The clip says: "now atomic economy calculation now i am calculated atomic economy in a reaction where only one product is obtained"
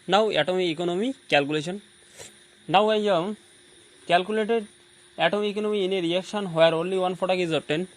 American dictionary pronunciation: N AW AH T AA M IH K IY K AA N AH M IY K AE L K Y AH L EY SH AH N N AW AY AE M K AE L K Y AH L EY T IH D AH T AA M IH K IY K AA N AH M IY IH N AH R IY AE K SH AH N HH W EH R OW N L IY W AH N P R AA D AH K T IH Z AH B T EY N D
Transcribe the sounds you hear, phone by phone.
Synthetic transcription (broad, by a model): N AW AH T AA M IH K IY K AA N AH M IY K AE L K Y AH L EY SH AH N N AW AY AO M K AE L K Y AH L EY T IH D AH T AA M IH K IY K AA N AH M IY N AH R IY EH K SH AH N HH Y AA R OW N L IY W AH N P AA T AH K IH Z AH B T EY N